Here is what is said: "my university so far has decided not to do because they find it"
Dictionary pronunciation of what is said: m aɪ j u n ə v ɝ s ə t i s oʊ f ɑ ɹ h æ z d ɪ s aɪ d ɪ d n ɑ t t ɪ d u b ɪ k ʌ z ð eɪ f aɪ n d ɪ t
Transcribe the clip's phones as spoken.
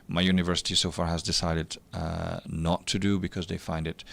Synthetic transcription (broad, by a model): m aɪ j u n ə v ɝ s ə t i s oʊ f ɑ ɹ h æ z d ɪ s aɪ d ɪ d n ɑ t t ɪ d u b ɪ k ʌ z ð eɪ f aɪ n d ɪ t